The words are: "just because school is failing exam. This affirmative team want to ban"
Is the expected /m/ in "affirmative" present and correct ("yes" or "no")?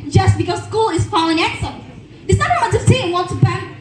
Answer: no